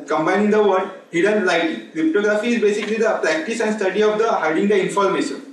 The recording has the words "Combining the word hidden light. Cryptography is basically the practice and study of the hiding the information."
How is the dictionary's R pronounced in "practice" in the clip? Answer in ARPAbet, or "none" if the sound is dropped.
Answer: R